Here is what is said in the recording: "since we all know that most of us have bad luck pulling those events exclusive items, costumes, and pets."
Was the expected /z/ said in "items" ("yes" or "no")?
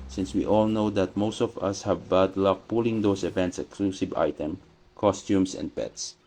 no